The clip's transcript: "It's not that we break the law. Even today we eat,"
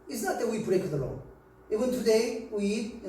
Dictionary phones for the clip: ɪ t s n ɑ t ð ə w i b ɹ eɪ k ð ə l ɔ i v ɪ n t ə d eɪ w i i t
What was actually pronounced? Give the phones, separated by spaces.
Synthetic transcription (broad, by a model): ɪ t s n ɑ t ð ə w i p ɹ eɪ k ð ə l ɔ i w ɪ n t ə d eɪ w i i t